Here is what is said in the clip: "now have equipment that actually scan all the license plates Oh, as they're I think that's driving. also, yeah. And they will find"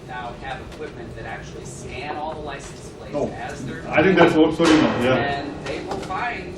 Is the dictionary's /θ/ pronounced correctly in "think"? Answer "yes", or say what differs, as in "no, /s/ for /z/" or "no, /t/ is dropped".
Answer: yes